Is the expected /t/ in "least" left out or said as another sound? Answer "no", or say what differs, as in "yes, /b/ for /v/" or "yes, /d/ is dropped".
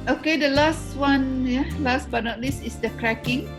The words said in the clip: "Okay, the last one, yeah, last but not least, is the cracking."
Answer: yes, /t/ is dropped